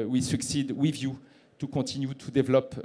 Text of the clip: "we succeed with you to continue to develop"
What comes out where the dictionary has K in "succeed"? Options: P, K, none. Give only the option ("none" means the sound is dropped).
K